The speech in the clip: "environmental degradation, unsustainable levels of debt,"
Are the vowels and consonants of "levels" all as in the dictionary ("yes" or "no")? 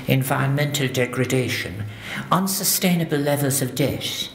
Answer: yes